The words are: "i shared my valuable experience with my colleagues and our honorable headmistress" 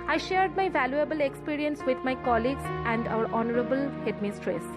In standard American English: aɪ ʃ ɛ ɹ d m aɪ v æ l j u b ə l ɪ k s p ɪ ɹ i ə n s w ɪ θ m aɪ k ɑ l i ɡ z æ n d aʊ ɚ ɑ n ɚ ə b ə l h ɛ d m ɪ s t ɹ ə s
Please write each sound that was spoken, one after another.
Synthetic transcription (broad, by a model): aɪ ʃ ɛ ɹ d m aɪ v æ l j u b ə l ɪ k s p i ɹ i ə n s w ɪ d m aɪ k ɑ l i ɡ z æ n d aʊ ɚ ɑ n ɚ ə b ə l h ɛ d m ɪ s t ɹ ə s